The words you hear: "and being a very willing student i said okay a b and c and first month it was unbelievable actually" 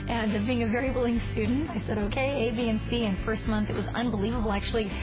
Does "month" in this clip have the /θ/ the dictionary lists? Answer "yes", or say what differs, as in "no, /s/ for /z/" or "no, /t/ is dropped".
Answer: yes